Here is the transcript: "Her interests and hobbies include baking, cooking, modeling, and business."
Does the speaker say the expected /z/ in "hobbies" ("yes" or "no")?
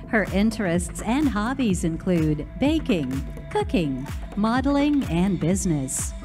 yes